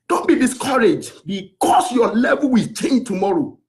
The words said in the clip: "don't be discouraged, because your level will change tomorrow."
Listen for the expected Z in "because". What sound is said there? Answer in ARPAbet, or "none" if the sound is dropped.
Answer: S